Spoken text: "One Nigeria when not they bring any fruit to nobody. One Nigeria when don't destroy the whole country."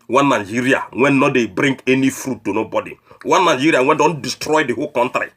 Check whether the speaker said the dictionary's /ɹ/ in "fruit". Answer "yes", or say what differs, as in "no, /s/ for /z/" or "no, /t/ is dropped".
yes